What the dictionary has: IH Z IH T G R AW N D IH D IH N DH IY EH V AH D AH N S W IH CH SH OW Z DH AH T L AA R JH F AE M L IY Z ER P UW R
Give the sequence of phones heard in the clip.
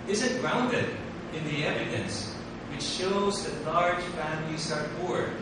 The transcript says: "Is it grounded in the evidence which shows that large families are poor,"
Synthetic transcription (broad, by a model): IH Z IH T G R AW N D IH D IH N DH IY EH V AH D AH N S W IH CH SH OW Z DH AH T L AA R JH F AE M L IY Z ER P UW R